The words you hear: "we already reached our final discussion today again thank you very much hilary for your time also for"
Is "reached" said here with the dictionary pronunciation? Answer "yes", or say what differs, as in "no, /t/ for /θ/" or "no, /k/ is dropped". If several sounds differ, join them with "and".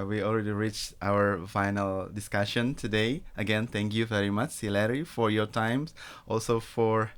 yes